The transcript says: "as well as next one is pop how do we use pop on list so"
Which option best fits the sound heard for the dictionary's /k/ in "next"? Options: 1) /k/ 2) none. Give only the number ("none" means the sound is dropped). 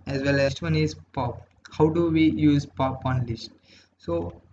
2